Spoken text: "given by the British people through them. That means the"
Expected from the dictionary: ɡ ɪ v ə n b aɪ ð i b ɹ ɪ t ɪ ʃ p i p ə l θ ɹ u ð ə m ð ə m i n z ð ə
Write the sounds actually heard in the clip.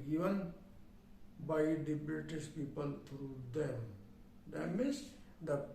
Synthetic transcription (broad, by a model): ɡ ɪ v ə n b aɪ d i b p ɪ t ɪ s p i p ə l t ɹ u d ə m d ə m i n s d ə